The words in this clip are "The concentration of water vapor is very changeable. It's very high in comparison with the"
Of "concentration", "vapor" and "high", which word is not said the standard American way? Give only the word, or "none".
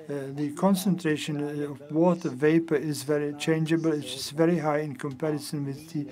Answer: none